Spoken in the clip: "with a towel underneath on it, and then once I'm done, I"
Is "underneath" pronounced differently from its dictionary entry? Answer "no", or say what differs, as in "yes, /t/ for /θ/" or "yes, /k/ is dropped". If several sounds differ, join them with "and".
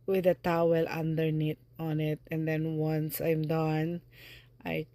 yes, /t/ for /θ/